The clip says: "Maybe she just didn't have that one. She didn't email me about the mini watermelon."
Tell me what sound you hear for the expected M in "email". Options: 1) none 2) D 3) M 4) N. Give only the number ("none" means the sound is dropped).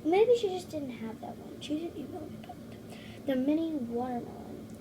1